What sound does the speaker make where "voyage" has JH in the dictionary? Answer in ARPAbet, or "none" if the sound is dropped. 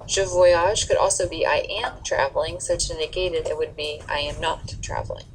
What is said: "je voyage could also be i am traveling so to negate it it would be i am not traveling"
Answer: ZH